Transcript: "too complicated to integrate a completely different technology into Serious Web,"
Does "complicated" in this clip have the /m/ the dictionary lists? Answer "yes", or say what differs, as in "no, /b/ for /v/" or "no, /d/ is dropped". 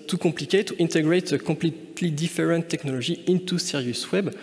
no, /m/ is dropped